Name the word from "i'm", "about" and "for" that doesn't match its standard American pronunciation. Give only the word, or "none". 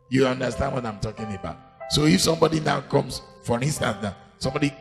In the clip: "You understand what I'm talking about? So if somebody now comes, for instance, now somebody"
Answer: none